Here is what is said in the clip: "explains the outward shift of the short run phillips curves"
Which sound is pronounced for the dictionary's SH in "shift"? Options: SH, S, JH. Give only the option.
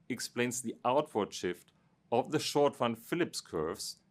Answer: SH